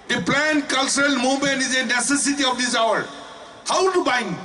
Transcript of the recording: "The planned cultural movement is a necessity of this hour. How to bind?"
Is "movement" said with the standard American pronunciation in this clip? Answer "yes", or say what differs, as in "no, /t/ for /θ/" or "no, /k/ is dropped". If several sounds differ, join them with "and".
no, /v/ is dropped